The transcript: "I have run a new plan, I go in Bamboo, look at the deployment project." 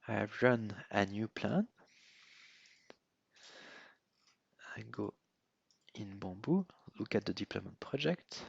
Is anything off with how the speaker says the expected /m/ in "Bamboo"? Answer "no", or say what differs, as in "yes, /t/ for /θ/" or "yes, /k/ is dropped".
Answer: yes, /m/ is dropped